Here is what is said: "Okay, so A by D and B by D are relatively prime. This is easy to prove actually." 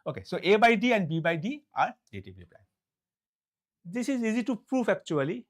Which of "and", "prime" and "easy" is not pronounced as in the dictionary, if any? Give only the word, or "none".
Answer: prime